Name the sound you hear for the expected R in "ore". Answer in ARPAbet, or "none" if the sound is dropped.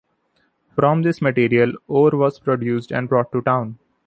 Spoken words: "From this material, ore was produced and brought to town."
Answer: R